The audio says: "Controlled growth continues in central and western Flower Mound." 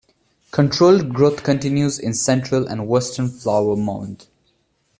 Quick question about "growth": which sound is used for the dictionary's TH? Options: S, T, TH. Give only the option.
T